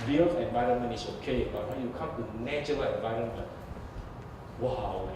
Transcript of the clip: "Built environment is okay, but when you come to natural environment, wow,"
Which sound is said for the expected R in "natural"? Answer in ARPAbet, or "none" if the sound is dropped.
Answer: none